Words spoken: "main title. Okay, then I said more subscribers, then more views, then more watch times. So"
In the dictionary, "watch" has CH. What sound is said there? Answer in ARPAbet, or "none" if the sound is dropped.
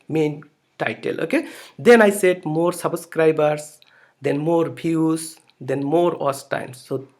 S